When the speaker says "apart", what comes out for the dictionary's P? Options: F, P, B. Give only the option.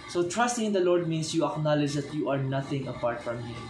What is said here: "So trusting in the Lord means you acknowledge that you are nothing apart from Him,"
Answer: P